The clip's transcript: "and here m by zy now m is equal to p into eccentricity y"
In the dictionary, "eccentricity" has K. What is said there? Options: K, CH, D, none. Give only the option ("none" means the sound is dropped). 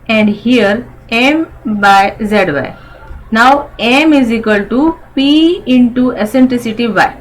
none